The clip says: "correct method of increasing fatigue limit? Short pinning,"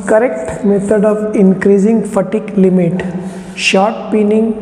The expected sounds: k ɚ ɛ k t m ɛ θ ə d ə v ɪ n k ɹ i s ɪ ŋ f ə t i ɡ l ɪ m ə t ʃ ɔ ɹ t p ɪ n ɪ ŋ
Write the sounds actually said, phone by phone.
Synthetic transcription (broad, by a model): k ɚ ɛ k t m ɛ t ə d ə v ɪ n k ɹ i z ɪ ŋ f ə t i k l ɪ m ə t ʃ ɔ ɹ t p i n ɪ ŋ